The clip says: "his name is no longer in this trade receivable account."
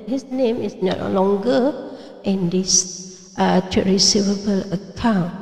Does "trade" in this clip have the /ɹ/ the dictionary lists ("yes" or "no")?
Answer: no